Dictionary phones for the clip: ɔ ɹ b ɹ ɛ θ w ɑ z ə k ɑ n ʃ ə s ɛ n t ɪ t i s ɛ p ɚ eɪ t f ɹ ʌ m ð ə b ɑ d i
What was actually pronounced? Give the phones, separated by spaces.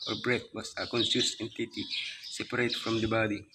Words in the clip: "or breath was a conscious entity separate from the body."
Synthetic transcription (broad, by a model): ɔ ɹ b ɹ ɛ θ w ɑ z ə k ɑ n s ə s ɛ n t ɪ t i s ɛ p ɚ eɪ t f ɹ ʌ m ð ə b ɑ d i